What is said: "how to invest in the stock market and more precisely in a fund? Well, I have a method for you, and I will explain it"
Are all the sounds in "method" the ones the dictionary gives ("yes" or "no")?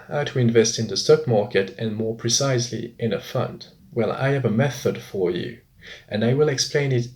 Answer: yes